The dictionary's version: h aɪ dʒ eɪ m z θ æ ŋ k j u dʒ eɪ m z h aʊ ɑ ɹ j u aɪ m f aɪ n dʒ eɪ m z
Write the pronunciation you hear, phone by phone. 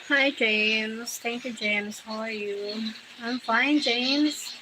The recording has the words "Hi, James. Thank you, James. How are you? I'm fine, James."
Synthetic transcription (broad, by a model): h aɪ dʒ eɪ m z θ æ ŋ k j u dʒ eɪ m z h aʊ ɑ l j u aɪ m f aɪ n dʒ eɪ m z